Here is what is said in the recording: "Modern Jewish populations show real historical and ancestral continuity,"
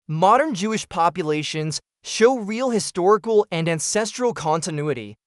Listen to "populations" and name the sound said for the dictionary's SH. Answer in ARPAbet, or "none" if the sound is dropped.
SH